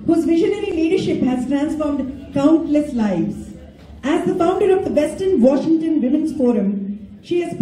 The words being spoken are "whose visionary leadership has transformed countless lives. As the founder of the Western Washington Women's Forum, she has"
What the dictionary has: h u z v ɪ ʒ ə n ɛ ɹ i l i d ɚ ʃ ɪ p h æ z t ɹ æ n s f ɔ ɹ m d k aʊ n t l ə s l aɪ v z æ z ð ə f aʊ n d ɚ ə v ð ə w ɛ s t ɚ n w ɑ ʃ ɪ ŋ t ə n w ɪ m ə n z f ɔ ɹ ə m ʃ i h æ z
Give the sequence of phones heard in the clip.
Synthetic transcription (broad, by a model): h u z v ɪ ʒ ə n ɛ ɹ i l i d ɚ ʃ ɪ p h æ z t ɹ æ n s f ɔ ɹ m d k aʊ n t l ə s l aɪ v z æ z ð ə f aʊ n d ɚ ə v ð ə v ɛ s t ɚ n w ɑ ʃ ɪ ŋ t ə n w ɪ m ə n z f ɔ ɹ ə m ʃ i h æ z